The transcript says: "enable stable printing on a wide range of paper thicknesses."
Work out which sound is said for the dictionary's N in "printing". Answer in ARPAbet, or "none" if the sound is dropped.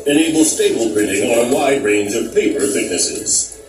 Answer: none